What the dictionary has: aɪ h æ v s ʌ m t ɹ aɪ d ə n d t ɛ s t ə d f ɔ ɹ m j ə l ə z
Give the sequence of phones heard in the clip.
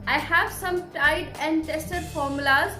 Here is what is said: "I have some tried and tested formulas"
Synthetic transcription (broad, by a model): aɪ h æ v s ʌ m t aɪ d ə n d t ɛ s t ə d f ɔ ɹ m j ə l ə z